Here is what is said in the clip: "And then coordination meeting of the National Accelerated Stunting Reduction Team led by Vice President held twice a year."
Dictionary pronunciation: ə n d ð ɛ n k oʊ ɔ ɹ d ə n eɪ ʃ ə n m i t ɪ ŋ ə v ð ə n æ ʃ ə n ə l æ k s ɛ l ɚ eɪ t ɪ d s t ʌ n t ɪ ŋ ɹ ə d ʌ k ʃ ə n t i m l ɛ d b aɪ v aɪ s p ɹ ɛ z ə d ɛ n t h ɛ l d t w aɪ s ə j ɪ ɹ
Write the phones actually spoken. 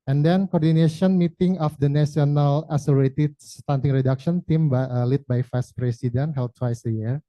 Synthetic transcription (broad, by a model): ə n d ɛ n k oʊ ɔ ɹ d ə n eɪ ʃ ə n m i t ɪ ŋ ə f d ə n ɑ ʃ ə n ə l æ s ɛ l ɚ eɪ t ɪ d s t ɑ n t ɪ ŋ ɹ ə d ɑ k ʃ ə n t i m l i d b aɪ f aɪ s p ɹ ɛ s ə d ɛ n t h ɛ l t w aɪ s ə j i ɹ